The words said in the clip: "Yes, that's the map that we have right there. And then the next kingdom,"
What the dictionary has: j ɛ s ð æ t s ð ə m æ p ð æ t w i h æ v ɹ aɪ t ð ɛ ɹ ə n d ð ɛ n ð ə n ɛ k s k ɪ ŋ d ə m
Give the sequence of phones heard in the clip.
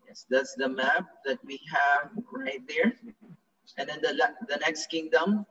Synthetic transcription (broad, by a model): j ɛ s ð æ t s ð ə m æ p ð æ t w i h æ v ɹ aɪ t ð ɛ ɹ ə n d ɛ n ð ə n ɛ k s k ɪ ŋ d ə m